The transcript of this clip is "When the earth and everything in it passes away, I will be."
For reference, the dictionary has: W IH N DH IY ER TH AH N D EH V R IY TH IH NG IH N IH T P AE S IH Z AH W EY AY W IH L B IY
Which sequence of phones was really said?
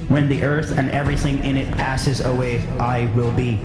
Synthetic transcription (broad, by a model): W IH N DH IY ER TH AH N EH V R IY TH IH NG IH N IH T P AE S IH Z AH W EY AY W IH L B IY